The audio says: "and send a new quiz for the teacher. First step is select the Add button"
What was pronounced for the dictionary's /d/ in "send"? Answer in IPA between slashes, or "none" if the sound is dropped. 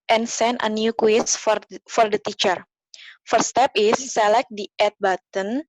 none